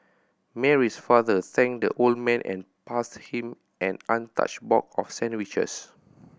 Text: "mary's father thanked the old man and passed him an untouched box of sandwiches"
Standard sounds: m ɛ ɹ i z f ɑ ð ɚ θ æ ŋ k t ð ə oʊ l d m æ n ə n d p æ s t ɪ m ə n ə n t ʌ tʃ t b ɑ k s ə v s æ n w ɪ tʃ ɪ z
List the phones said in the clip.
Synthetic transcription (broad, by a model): m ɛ ɹ i s f ɑ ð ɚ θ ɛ ŋ k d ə oʊ l d m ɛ n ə n p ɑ s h ɪ m ə n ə n t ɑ tʃ b ɑ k ə f s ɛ n w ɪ tʃ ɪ s